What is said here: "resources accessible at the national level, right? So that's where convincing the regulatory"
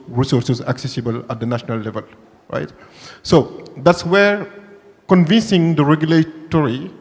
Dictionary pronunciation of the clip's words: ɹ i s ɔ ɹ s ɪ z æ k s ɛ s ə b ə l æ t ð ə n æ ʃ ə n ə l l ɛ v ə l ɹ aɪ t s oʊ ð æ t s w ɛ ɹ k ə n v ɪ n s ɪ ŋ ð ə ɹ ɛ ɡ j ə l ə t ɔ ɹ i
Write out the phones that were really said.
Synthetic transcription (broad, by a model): ɹ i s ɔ ɹ s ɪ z æ k s ɛ s ə b ə l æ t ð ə n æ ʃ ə n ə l l ɛ v ə l ɹ aɪ t s oʊ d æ t s w ɛ ɹ k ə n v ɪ n s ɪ ŋ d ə ɹ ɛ ɡ j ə l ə t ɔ ɹ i